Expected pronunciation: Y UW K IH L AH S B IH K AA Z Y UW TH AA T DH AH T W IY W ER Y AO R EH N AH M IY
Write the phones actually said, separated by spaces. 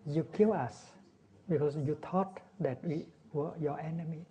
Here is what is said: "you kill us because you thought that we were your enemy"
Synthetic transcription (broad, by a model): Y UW K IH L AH S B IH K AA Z Y UW T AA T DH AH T W IY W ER Y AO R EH N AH M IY